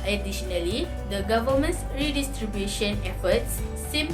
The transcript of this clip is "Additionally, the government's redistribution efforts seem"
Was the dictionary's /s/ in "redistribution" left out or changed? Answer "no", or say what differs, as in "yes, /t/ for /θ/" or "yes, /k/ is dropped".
no